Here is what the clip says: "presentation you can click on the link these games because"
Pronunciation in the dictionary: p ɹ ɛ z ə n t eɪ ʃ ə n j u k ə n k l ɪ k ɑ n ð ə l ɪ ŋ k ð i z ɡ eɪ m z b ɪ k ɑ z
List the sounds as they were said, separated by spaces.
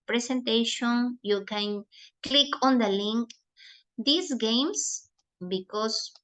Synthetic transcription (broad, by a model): p ɹ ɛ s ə n t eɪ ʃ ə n j u k ə n k l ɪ k ɑ n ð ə l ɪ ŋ k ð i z ɡ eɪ m s b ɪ k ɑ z